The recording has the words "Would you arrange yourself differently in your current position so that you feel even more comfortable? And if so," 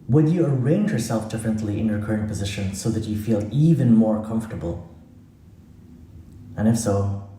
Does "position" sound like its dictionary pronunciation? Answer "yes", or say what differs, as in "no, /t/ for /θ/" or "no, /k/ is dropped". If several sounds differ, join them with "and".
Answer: yes